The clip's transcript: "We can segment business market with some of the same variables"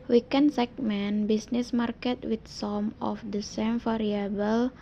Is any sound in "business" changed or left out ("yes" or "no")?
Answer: yes